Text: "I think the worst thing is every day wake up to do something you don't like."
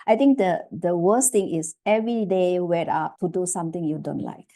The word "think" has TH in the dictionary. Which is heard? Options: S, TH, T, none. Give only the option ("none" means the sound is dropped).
T